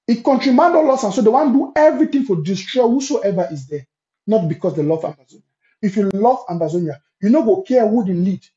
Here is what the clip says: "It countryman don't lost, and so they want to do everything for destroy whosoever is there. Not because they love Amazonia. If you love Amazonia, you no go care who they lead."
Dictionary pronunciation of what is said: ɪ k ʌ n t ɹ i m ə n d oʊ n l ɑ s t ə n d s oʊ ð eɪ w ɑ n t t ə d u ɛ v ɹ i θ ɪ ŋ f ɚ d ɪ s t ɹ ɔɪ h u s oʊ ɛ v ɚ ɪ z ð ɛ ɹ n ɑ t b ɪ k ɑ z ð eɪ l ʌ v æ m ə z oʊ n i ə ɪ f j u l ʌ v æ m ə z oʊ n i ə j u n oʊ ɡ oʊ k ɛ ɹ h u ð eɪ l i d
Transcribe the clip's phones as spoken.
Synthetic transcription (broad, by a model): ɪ k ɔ n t ɹ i m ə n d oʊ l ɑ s ə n s oʊ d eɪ w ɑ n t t d u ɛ v ɹ i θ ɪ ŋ f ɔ d ɪ s t ɹ ɔɪ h u s oʊ ɛ v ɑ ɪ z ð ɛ n ɑ t b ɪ k ɑ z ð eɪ l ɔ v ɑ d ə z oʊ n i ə ɪ f j u l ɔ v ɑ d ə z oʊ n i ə j u n oʊ ɡ oʊ k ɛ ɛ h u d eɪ l i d